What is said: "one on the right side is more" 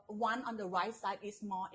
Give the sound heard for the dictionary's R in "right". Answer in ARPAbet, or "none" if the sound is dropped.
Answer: R